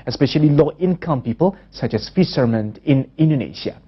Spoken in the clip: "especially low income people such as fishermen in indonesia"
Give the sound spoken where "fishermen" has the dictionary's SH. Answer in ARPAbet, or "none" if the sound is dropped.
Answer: S